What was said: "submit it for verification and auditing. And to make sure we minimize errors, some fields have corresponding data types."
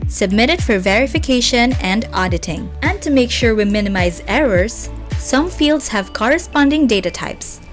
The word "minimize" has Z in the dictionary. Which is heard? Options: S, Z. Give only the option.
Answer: Z